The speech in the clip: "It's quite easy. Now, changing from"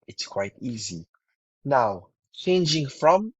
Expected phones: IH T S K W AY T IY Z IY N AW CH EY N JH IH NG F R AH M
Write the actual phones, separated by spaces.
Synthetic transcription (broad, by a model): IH T S K W AY T IY Z IY N AW CH EY N JH IH NG F R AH M